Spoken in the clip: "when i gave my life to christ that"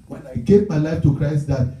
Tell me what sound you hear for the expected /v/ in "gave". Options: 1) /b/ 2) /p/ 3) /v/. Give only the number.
2